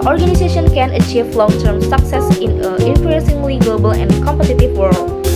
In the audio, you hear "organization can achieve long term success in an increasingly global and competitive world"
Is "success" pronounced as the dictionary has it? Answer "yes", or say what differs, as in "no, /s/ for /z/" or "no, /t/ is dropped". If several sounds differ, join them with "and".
yes